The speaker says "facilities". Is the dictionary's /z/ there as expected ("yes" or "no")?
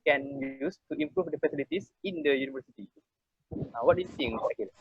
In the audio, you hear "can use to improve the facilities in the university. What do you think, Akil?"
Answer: no